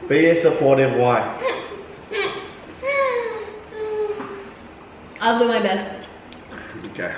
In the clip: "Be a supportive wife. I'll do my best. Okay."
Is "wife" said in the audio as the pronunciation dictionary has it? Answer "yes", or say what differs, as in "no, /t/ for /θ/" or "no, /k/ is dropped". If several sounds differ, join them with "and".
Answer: no, /f/ is dropped